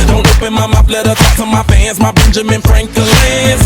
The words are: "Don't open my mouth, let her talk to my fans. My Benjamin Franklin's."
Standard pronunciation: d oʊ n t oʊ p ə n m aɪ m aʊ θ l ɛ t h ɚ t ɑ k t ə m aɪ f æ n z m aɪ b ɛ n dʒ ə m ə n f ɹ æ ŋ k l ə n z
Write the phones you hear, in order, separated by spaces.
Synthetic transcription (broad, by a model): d oʊ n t oʊ p ə n m aɪ m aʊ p l ɛ t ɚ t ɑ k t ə m aɪ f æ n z m aɪ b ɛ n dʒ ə m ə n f ɹ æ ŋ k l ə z